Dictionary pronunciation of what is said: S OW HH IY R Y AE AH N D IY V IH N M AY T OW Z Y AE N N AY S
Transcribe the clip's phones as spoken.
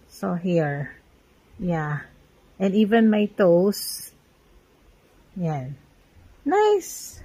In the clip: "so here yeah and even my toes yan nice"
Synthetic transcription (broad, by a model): S OW HH IY R Y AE AH N D IY V IH N M AY T OW S Y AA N N AY S